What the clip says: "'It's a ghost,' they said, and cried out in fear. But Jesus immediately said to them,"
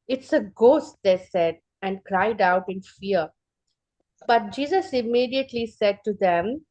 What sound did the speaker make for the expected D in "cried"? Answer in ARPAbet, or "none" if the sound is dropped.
D